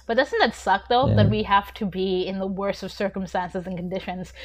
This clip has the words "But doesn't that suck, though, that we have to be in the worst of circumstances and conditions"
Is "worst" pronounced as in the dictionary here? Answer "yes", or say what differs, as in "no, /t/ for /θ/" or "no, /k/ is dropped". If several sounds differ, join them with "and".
no, /t/ is dropped